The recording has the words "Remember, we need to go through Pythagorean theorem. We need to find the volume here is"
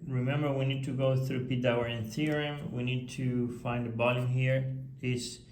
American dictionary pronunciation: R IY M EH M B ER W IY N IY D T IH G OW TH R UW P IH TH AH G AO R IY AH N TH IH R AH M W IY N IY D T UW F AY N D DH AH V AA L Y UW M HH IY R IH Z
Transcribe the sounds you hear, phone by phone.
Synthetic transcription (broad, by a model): R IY M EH M B ER W IY N IY D T IH G OW TH R UW P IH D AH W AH R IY N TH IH R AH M W IY N IY D T UW F AY N D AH B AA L Y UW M HH IY R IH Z